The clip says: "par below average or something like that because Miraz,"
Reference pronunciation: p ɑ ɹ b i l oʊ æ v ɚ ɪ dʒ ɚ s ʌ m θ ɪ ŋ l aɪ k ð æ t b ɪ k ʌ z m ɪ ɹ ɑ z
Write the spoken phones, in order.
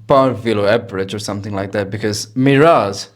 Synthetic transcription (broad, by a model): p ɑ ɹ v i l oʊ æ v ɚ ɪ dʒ ɚ s ʌ m θ ɪ ŋ l aɪ k ð æ t b ɪ k ʌ z m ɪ ɹ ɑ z